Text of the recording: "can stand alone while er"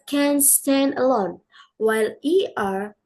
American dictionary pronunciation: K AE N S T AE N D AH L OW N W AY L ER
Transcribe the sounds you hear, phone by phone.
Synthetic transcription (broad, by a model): K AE N S T AE N D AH L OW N W AY L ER